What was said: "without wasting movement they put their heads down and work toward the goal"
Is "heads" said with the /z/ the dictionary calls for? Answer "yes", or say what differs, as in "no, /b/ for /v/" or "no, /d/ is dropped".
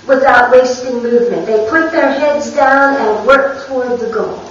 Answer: yes